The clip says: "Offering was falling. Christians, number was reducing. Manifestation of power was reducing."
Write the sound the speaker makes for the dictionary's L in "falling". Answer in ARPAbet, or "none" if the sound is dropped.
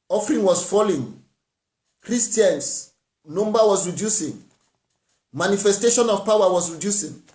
L